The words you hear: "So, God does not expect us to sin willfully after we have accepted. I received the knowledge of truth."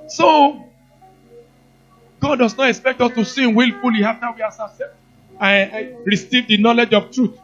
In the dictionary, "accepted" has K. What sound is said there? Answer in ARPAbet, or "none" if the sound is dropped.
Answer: none